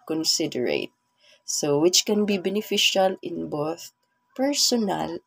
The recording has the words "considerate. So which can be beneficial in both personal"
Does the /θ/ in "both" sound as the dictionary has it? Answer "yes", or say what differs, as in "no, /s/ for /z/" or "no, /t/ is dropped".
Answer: yes